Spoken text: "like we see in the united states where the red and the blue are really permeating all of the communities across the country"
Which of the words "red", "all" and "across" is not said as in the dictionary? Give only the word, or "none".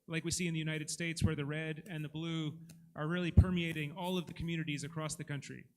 none